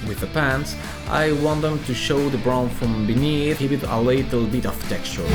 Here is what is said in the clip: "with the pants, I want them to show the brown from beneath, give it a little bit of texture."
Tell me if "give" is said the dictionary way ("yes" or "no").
no